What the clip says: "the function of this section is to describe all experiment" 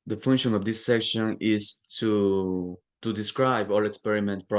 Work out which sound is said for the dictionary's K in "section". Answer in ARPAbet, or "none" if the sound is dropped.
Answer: K